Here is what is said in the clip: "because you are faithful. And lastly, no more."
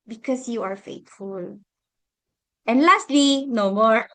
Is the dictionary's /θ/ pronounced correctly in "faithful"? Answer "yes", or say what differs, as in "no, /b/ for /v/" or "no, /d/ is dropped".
no, /t/ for /θ/